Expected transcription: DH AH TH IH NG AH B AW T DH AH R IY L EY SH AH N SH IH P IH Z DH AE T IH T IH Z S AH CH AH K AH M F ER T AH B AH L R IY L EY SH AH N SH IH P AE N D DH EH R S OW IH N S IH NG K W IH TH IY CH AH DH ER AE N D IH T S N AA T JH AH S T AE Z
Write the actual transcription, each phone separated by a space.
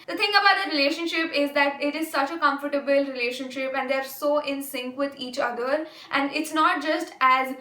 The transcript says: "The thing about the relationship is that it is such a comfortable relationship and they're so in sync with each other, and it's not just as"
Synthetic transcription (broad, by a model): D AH T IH NG AH B AW T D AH R IY L EY SH AH N SH IH P IH Z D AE T IH T IH Z S AH CH AH K AH M F ER T AH B AH L R IY L EY SH AH N SH IH P AE N D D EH R S OW IH N S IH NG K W IH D IY CH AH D ER AE N D IH T S N AA T JH AH S T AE Z